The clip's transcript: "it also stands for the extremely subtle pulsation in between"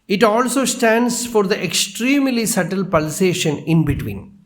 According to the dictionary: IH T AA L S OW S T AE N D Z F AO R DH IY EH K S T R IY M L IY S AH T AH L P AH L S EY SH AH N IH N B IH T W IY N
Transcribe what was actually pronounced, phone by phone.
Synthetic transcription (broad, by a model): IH T AA L S OW S T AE N D S F AO R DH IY EH K S T R IY M L IY S AH T AH L P AH L S EY SH AH N IH N B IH T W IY N